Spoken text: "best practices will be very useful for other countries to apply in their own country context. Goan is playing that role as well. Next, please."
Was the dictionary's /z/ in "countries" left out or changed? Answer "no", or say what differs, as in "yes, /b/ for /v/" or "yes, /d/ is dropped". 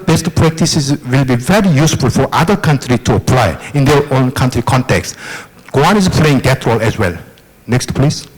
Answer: yes, /z/ is dropped